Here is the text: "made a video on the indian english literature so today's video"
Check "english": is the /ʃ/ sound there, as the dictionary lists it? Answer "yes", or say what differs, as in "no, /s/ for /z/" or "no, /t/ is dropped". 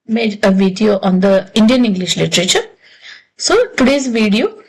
yes